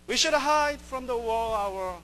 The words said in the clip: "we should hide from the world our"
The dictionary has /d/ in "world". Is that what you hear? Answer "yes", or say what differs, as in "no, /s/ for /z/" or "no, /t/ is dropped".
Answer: no, /d/ is dropped